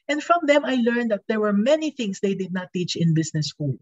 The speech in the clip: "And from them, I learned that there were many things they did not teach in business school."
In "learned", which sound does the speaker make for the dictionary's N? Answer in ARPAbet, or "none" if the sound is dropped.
N